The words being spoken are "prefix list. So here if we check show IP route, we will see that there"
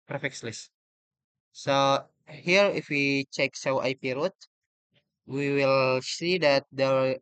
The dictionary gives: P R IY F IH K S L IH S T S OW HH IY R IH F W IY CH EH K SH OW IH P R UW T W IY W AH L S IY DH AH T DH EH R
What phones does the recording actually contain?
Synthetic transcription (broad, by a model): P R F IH K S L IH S S OW HH IY R IH F W IY CH EH K S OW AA P R UW T W IY W AH L S IY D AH T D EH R